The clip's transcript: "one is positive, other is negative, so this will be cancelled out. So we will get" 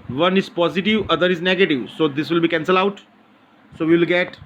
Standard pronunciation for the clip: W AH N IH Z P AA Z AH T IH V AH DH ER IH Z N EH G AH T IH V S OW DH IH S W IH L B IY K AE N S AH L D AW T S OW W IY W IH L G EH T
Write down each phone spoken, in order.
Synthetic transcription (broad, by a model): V AH N IH Z P AA Z AH T IH V AH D ER IH Z N EH G AH T IH V S OW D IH S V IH L B IY K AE N S AH L AW T S OW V IY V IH L G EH T